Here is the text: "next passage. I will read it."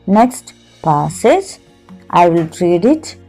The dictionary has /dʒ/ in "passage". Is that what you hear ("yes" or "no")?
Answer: no